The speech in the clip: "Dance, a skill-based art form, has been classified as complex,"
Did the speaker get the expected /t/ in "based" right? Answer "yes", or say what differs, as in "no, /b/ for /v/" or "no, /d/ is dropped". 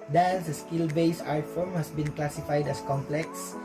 no, /t/ is dropped